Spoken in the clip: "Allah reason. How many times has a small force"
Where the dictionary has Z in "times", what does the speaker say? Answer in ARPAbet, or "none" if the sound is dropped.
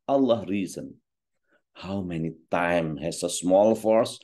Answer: none